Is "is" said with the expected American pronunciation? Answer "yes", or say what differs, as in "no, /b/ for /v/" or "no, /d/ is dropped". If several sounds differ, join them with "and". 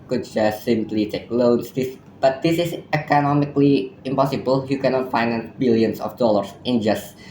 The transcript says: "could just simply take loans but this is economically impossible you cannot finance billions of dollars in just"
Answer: no, /s/ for /z/